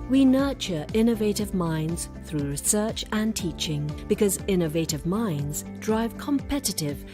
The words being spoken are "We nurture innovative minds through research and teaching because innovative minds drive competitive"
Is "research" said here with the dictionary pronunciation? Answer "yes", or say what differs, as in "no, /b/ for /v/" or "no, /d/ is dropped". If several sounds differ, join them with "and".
yes